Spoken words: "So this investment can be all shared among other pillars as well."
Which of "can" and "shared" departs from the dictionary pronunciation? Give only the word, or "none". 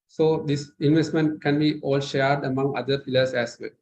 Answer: none